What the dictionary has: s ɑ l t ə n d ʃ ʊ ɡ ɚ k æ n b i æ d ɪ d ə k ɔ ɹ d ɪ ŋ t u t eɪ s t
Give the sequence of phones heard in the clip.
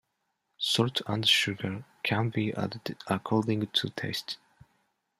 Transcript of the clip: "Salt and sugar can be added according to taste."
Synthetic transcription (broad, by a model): s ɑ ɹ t ə n d ʃ ʊ ɡ ɚ k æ n b i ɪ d ə k ɔ ɹ d ɪ ŋ t u t eɪ s t